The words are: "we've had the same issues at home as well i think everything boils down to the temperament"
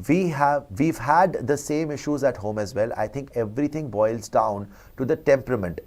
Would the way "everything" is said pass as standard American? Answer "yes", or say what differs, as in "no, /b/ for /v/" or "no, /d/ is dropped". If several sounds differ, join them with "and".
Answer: no, /t/ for /θ/